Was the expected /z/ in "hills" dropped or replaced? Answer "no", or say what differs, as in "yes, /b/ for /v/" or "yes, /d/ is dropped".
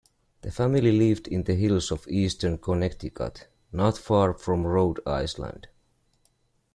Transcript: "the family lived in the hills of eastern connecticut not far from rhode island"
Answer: yes, /s/ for /z/